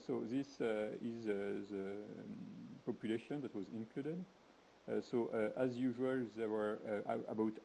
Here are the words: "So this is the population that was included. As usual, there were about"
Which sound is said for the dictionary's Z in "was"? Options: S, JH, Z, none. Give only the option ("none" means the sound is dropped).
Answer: Z